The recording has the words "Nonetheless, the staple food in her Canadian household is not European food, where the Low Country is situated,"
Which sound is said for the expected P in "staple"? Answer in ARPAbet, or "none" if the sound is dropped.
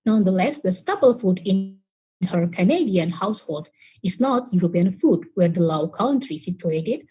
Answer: B